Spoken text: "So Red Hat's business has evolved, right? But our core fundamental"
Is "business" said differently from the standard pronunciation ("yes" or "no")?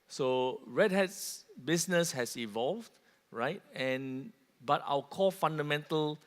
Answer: yes